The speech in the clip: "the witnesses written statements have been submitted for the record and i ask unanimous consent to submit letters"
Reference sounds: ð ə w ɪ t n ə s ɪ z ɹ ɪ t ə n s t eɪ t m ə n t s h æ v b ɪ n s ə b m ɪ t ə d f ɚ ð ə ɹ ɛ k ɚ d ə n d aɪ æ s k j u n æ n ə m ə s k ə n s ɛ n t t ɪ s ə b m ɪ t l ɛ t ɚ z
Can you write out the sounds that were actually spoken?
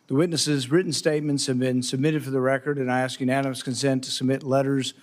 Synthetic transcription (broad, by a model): ð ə w ɪ t n ə s ɪ z ɹ ɪ t n s t eɪ t m ə n t s h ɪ v b ɪ n s ə b m ɪ t ə d f ɚ ð ə ɹ ɛ k ɚ d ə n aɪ æ s k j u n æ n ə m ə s k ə n s ɛ n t t ɪ s ə b m ɪ t l ɛ t ɚ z